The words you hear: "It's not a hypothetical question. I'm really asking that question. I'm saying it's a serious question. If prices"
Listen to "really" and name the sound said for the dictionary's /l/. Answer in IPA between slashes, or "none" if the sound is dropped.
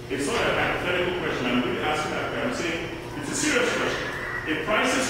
none